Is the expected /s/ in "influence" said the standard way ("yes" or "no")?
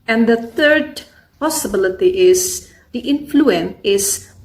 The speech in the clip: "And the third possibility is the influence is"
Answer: no